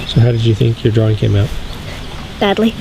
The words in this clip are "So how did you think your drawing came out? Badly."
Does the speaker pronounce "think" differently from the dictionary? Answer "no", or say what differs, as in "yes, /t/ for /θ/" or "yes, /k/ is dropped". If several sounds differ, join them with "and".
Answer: no